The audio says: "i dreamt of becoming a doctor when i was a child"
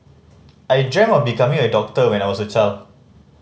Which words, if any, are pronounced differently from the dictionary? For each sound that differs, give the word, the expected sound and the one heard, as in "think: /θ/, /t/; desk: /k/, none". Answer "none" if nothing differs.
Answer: dreamt: /t/, none; was: /z/, /s/